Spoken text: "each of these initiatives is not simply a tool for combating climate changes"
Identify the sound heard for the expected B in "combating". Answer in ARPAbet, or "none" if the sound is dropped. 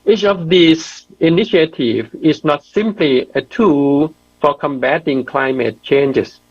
B